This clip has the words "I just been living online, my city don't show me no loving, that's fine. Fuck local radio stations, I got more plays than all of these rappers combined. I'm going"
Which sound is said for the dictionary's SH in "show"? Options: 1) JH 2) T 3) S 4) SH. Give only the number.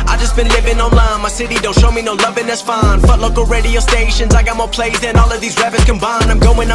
4